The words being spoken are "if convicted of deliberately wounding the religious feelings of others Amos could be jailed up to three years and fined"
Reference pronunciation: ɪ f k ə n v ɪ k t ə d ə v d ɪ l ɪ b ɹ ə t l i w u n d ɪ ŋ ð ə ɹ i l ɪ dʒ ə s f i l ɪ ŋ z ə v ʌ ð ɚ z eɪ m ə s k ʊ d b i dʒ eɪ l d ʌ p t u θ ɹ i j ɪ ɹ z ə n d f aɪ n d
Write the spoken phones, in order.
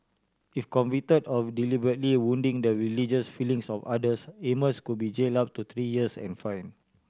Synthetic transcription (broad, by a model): ɪ f k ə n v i t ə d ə f d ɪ l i b ɹ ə t l i w u n d ɪ ŋ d ə ɹ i l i dʒ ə s f i l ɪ ŋ s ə f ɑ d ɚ s eɪ m ə s k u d b i dʒ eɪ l ɑ p t u t ɹ i j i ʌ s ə n f aɪ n